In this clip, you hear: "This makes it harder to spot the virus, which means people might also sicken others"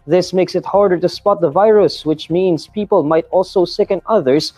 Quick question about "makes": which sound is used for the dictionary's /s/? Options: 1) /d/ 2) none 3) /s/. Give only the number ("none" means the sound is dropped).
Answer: 3